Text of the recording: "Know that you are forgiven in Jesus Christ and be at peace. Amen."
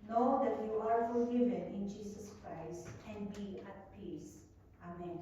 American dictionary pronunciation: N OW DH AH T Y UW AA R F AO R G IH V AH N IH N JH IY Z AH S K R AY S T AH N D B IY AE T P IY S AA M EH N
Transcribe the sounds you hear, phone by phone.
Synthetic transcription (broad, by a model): N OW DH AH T Y UW AA R F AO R G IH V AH N IH N JH IY S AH S K R AY S T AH N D B IY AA T P IY S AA M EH N